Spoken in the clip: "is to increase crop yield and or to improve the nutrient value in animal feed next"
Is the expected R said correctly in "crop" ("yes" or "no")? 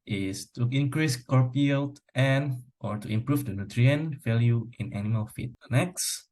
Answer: no